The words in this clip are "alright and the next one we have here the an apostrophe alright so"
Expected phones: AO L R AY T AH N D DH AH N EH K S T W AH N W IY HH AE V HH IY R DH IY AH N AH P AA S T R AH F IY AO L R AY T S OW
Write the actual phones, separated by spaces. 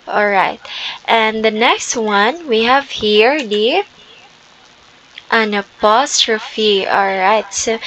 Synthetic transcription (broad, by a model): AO L R AY T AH N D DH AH N EH K S T W AH N W IY HH AE V HH IY R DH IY AH N AH P AA S T R AH F IY AO L R AY T S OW